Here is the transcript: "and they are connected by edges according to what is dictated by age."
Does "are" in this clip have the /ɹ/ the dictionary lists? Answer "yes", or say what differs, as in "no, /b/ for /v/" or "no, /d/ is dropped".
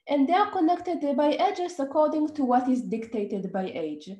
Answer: yes